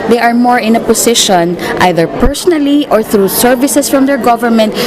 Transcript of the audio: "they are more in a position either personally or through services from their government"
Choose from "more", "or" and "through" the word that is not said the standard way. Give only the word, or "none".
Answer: none